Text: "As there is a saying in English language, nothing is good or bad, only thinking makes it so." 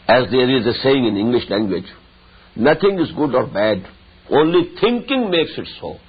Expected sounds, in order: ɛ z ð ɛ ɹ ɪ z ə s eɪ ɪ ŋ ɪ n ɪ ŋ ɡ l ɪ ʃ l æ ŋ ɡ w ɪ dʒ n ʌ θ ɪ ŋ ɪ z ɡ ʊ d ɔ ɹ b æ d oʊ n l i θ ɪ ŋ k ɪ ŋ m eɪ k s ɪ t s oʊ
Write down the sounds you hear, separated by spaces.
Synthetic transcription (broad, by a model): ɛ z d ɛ ɹ ɪ z ə s eɪ ɪ ŋ ɪ n ɪ ŋ ɡ l ɪ ʃ l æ ŋ ɡ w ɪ dʒ n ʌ t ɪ ŋ ɪ z ɡ ʊ d ɔ ɹ b æ d oʊ n l i t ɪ ŋ k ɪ ŋ m eɪ k s ɪ t s oʊ